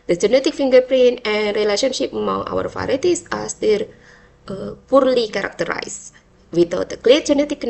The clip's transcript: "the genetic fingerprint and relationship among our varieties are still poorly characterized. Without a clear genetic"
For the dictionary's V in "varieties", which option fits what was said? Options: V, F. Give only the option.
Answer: F